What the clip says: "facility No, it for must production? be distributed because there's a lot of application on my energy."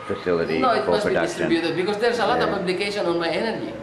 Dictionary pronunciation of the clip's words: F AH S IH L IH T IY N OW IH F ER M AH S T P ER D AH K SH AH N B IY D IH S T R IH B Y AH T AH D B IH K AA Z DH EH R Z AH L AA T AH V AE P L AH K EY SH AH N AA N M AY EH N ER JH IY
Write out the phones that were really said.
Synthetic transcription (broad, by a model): F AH S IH L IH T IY N OW IH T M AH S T B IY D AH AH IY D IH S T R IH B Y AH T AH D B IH K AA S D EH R S AH L AA T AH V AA B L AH K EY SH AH N AA N M AY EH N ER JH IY